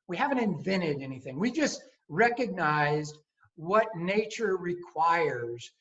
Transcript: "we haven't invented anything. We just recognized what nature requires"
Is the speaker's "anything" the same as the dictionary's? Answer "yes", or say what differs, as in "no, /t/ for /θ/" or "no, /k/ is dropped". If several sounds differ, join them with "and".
yes